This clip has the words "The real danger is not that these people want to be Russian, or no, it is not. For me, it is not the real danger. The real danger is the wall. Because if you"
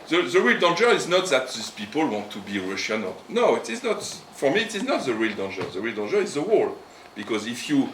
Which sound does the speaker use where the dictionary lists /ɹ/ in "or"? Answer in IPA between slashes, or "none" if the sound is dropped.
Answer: /l/